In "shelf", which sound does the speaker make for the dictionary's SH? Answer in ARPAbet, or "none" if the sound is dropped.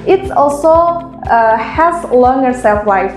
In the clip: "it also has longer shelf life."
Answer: S